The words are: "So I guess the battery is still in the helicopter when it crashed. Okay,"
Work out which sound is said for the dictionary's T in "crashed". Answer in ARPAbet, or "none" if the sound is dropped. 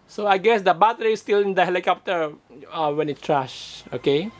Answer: none